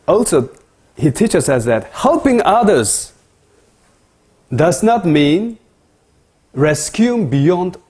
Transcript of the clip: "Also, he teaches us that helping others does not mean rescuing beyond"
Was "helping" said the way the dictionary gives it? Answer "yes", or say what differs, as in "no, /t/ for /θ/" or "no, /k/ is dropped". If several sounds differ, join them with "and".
yes